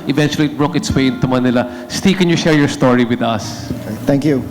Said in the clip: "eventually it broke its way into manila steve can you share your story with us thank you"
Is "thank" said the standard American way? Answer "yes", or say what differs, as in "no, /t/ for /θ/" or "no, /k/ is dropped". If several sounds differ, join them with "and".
no, /t/ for /θ/